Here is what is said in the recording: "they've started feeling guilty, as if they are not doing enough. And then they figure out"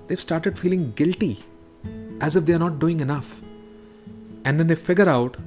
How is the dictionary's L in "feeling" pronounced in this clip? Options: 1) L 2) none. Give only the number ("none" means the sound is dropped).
1